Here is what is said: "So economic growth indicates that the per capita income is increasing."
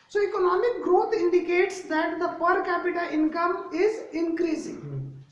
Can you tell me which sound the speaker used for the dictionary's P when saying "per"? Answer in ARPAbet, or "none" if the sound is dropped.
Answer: P